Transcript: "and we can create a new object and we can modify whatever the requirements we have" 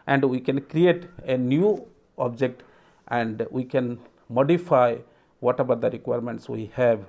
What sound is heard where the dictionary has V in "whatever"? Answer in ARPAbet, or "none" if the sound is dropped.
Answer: B